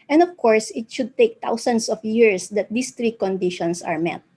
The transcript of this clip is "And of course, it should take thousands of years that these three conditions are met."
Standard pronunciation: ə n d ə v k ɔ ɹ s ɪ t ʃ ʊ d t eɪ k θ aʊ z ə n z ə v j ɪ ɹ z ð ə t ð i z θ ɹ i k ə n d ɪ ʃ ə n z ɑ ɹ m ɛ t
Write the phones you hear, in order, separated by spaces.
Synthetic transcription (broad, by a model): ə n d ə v k ɔ ɹ s ɪ t ʃ ʊ d t eɪ k t aʊ s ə n s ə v j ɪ ɹ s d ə t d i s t ɹ i k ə n d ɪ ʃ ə n s ɑ ɹ m ɛ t